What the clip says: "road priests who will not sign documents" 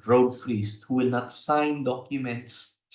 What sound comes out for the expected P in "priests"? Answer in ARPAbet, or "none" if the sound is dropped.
F